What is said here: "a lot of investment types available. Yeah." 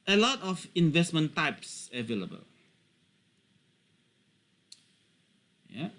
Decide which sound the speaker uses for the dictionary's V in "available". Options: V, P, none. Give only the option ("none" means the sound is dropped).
V